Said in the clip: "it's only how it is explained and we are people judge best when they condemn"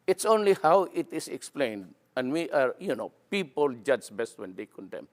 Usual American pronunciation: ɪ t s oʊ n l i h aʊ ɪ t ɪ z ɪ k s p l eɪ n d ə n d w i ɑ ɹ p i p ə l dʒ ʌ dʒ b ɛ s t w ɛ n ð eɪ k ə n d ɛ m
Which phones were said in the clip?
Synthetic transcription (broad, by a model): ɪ t s oʊ n l i h aʊ ɪ t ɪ s ɪ k s p l eɪ n d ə n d w i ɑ ɹ p i p ə l dʒ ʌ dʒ b ɛ s t w ɛ n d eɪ k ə n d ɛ m